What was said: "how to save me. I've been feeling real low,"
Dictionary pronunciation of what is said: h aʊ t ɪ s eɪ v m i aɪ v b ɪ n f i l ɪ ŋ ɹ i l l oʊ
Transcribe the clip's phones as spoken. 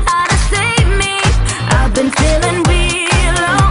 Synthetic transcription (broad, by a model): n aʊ t ɪ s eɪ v m i aɪ v b ɪ n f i l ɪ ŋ w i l l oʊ